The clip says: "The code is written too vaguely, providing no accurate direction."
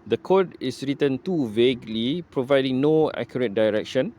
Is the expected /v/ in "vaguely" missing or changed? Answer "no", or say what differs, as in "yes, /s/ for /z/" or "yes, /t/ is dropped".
no